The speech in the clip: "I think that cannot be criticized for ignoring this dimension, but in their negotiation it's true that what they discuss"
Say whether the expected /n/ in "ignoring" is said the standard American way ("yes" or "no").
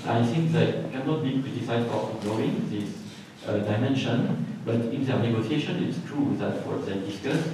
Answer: no